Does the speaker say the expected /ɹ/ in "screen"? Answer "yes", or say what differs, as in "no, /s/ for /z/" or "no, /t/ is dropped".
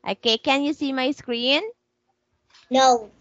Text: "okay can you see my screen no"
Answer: yes